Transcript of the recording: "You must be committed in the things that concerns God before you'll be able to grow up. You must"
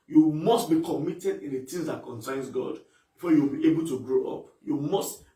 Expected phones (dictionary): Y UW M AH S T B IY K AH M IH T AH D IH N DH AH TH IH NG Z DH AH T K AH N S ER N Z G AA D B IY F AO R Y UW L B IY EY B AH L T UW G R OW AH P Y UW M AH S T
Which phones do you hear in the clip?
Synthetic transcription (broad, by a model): Y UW M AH S T B IY K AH M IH T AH D IH N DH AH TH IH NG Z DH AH T K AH N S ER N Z G AA D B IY F AO Y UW W B IY EY B AH L T UW G R OW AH P Y UW M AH S T